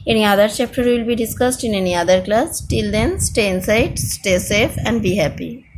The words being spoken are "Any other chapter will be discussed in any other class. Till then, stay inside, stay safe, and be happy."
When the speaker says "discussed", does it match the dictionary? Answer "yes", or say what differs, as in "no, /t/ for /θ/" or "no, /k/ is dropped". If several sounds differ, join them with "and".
yes